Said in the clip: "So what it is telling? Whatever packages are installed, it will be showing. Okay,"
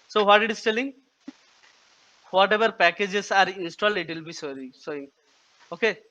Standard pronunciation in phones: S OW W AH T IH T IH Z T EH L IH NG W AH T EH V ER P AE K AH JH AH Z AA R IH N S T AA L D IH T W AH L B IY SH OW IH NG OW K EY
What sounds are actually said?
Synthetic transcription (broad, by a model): S OW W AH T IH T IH S T EH L IH NG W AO T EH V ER P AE K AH JH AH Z AA R IH N S T AA L D IH T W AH L B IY S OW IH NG OW K EY